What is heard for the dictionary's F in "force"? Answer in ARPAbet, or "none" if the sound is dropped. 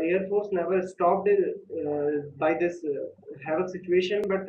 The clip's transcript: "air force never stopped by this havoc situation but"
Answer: F